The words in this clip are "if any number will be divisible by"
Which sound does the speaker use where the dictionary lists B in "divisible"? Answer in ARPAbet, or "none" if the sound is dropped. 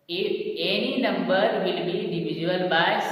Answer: none